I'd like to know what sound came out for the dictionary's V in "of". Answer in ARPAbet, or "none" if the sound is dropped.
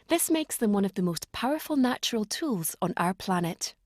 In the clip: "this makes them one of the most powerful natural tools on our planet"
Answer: V